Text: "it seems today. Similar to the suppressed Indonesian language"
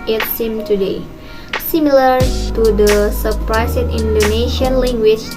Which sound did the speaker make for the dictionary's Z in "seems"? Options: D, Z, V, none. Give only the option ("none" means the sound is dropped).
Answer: none